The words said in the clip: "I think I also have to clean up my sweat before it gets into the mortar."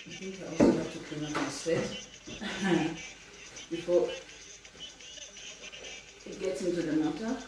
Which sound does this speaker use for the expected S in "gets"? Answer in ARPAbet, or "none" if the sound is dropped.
S